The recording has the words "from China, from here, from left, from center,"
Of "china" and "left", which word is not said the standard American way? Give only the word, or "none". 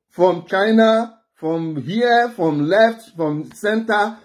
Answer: none